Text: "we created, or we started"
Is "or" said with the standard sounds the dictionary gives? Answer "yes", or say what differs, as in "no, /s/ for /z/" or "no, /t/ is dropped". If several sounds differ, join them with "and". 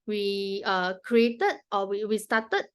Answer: no, /w/ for /ɹ/